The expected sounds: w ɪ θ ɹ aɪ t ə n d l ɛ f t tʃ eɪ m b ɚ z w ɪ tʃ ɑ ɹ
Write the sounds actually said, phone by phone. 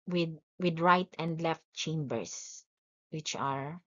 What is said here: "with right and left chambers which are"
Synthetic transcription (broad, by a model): w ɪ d ɹ aɪ t ə n d l ɛ f t tʃ eɪ m b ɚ s w ɪ tʃ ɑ ɹ